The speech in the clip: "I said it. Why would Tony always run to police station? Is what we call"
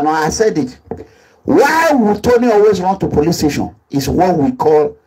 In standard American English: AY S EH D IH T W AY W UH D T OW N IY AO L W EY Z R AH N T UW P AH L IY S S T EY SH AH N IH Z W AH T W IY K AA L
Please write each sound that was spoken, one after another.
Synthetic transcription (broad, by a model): AY S EH D IH T W AY W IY T OW N IY AO L W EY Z R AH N T UW P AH L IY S S T EY SH AH N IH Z W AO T W IY K AA L